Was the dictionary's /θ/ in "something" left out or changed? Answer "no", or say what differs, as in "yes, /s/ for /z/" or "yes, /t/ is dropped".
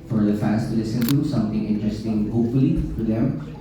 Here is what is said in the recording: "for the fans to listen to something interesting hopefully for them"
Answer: yes, /t/ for /θ/